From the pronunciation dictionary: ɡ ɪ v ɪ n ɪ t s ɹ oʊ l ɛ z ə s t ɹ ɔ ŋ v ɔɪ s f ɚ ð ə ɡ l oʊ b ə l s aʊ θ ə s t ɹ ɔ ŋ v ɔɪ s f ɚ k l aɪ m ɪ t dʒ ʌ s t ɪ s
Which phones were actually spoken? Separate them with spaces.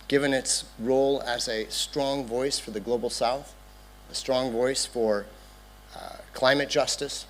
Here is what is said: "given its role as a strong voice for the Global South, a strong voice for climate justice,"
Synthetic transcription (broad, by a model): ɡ ɪ v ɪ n ɪ t s ɹ oʊ l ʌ z ə s t ɹ ɔ ŋ v ɔɪ s f ɚ ð ə ɡ l oʊ b l s aʊ θ ə s t ɹ ɔ ŋ v ɔɪ s f ɚ k l aɪ m ɪ t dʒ ʌ s t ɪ s